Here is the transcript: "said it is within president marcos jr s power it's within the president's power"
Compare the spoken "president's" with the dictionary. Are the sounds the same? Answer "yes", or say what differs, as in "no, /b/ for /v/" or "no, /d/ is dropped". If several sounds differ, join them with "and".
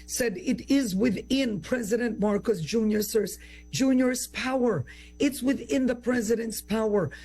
yes